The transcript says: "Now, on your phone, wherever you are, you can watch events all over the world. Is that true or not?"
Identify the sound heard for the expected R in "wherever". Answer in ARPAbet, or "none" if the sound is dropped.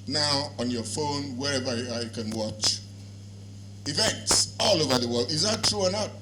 R